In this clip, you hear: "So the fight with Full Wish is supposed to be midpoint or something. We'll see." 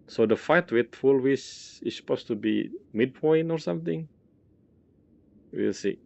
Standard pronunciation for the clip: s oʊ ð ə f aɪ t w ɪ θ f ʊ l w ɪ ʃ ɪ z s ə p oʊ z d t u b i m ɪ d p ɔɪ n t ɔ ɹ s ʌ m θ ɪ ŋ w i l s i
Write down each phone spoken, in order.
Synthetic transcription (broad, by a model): s oʊ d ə f aɪ t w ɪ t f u l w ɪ s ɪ s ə p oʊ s t u b i m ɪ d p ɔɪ n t ɔ ɹ s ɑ m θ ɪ ŋ w i l s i